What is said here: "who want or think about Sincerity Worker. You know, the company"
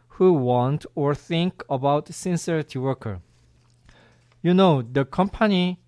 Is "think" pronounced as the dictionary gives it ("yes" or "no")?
yes